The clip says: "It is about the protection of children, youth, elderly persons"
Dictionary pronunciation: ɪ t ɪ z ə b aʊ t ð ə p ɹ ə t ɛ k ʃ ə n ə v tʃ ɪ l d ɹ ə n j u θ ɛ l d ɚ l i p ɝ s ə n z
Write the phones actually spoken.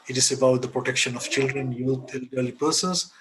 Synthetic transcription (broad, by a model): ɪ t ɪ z ə b aʊ t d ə p ɹ ə t ɛ k ʃ ə n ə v tʃ ɪ l d ɹ ə n j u t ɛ l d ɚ l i p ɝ s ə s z